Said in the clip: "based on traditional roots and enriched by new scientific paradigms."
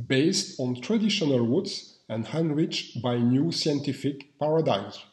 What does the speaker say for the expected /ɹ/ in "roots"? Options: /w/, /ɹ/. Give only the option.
/w/